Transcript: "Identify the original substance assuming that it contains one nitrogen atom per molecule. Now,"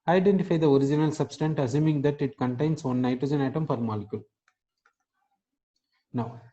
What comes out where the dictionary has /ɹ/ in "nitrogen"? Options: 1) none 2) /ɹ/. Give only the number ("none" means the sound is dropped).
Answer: 2